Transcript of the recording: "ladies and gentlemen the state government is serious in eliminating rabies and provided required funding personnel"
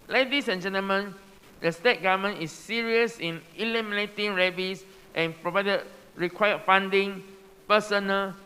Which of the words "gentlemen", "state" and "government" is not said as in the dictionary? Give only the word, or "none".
government